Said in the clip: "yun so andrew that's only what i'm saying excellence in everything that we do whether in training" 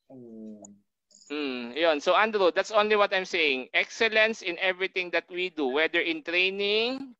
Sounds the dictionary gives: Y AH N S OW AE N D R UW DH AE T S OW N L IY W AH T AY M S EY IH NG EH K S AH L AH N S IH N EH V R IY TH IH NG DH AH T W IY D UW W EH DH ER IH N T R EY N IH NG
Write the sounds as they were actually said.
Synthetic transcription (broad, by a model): Y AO N S OW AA N D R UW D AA T S OW N L IY W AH T AY M S EY IH NG EH K S AH L AH N S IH N EH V R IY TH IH NG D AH T W IY D UW W EH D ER IH N T R EY N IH NG